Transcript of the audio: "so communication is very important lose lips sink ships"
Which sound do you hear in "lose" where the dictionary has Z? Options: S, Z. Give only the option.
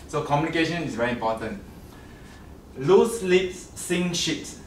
S